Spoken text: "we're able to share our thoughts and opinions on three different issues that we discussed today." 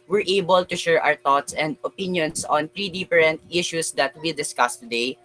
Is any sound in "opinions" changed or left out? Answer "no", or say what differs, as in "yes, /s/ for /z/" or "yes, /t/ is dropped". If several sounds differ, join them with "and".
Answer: yes, /s/ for /z/